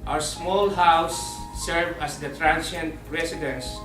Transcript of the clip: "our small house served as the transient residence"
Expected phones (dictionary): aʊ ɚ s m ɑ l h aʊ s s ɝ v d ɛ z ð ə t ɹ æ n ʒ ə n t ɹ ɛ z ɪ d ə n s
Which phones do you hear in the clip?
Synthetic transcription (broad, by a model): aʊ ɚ s m ɑ l h aʊ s s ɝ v ɑ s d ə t ɹ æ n ʃ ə n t ɹ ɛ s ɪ d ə n s